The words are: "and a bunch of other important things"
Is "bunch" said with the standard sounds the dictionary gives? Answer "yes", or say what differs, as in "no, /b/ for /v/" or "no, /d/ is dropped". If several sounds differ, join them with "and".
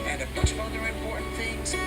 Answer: no, /n/ is dropped